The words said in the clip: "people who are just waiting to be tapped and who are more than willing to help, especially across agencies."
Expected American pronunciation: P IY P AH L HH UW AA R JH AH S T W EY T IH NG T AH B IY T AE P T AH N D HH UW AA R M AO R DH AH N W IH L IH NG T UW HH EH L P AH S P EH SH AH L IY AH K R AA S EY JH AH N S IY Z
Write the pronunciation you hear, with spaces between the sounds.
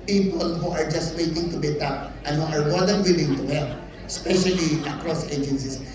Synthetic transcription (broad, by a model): P IY P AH L HH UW AA R JH AH S T W EY T IH NG T AH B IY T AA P T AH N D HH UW AA R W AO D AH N W IH L IH NG T UW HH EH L AH S P EH SH AH L IY AH K R AA S EY JH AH N S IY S